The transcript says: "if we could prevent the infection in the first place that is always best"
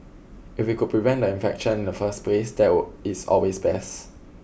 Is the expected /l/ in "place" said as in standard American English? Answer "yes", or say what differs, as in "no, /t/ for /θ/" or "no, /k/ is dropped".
yes